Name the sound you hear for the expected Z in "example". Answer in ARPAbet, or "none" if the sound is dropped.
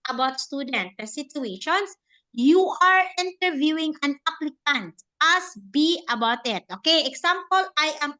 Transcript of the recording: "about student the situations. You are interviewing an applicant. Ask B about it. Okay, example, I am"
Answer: S